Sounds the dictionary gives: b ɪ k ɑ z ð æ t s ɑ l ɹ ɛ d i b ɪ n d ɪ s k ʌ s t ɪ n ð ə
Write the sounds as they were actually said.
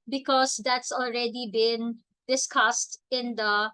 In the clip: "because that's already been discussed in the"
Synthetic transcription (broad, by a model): b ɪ k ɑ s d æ t s ɑ l ɹ ɛ d i b ɪ n d ɪ s k ʌ s t ɪ n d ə